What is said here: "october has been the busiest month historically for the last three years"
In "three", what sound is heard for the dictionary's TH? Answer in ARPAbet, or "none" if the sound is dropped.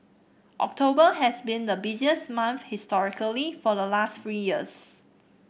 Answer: F